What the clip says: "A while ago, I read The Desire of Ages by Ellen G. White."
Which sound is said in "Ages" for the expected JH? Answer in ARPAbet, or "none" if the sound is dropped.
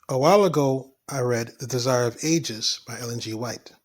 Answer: JH